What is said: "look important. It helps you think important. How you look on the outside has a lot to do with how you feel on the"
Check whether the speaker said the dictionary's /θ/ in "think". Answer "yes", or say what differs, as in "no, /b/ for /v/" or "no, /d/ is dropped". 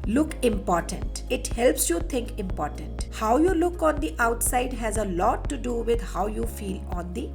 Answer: no, /t/ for /θ/